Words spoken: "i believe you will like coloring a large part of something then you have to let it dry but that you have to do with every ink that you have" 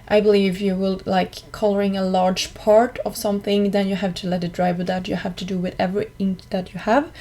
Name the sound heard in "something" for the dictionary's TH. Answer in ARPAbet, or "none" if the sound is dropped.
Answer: TH